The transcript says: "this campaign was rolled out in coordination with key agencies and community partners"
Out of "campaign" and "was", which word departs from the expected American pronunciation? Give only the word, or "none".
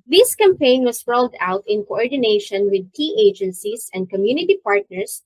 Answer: was